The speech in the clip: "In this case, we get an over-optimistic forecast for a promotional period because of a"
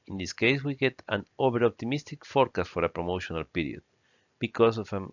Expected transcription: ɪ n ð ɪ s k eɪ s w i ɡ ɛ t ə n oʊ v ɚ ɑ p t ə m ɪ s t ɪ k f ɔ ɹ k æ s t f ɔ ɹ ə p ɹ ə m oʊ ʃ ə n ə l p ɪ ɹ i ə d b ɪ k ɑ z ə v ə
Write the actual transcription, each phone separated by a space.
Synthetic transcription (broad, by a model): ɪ n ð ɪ s k eɪ s w i ɡ ɛ t ə n oʊ b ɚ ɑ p t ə m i s t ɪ k f ɔ ɹ k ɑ s f ɔ ɹ ə p ɹ ə m oʊ ʃ ə n ə l p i ɹ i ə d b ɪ k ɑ s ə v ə